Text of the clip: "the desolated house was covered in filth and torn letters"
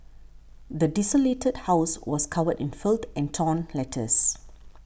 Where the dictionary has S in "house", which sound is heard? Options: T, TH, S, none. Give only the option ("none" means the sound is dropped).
S